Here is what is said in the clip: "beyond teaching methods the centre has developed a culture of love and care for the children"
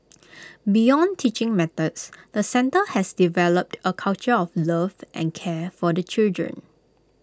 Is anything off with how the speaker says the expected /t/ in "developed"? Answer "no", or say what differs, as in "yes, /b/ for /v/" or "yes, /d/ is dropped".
no